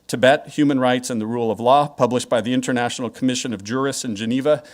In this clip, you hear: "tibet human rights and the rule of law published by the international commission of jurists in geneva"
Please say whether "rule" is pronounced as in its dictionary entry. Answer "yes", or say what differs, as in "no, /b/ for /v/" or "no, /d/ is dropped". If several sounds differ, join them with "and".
yes